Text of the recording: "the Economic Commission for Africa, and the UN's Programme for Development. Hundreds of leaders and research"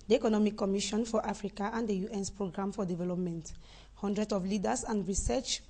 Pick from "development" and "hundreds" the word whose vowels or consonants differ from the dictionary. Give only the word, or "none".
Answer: hundreds